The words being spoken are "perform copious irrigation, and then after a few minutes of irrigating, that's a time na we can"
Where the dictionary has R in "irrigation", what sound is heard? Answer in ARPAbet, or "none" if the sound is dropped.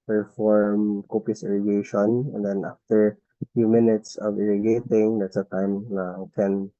R